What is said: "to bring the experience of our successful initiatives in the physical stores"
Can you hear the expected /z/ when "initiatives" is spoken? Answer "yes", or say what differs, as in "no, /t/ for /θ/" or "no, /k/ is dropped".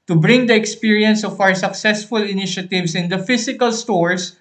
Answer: no, /s/ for /z/